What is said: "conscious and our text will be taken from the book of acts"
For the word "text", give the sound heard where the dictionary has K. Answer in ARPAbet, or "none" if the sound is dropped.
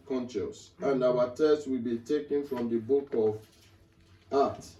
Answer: none